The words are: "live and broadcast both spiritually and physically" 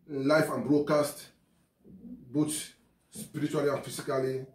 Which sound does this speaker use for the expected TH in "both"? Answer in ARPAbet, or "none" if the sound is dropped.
T